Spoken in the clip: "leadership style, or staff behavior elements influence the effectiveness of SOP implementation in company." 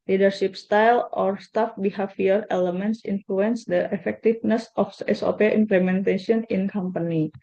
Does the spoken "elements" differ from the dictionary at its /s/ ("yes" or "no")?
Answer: no